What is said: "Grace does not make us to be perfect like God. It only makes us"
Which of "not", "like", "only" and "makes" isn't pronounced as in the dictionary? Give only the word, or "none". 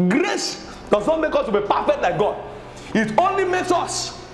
none